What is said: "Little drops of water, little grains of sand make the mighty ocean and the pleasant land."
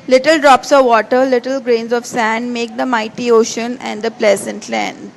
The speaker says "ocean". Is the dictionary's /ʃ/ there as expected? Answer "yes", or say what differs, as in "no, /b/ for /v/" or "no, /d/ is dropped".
yes